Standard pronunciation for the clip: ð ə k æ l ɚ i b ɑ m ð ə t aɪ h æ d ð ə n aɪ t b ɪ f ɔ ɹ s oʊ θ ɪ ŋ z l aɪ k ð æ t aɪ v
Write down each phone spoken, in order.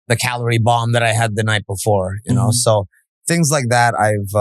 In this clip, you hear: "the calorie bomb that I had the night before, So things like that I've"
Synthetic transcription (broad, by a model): ð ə k æ l ɚ i b ɑ m ð ə t aɪ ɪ d ð ə n aɪ t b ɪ f ɔ ɹ s oʊ θ ɪ ŋ z l aɪ k ð æ t aɪ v